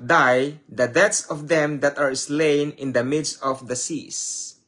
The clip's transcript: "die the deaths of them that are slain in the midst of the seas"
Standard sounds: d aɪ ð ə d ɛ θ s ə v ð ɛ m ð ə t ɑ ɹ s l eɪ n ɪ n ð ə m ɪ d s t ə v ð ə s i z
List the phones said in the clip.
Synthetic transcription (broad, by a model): d aɪ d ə d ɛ t s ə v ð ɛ m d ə t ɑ ɹ s l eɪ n ɪ n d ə m ɪ d s t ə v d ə s i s